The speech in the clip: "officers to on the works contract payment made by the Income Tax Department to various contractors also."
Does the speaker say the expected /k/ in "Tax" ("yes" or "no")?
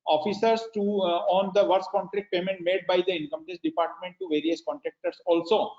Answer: no